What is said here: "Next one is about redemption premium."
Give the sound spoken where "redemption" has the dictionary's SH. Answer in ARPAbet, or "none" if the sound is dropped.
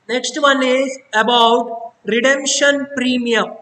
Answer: SH